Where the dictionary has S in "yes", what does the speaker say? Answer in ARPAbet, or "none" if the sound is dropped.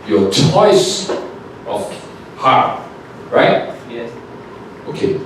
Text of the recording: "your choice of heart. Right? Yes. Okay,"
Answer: none